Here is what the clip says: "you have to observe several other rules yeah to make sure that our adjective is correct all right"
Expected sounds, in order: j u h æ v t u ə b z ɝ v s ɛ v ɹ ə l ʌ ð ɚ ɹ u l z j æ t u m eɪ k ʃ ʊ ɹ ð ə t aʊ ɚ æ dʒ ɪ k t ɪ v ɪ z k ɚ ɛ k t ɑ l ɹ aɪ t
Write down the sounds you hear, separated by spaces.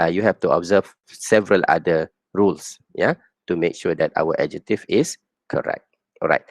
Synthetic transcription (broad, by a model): j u h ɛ f t u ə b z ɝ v s ɛ v ɹ ə l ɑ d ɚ ɹ u l s j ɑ t u m eɪ k ʃ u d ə t aʊ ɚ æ dʒ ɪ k t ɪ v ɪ s k ɚ ɛ k t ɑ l ɹ aɪ t